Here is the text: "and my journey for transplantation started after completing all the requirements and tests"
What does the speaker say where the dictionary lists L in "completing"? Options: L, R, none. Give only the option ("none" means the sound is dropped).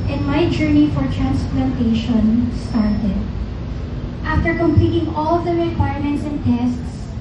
L